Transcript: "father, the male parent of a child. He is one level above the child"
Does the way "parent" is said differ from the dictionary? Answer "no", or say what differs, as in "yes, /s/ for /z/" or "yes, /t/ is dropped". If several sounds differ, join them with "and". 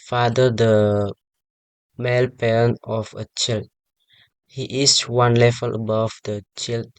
yes, /t/ is dropped